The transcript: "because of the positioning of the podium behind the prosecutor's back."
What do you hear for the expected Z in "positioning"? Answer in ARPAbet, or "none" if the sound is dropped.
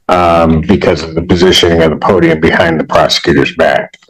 Z